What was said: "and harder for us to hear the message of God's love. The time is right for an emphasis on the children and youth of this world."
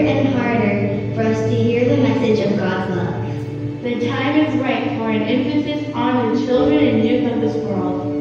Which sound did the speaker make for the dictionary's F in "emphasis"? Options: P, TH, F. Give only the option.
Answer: F